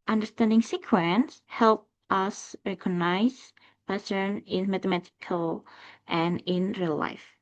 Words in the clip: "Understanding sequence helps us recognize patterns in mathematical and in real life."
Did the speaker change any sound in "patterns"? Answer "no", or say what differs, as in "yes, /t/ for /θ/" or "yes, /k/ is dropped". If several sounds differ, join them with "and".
yes, /s/ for /t/ and /z/ is dropped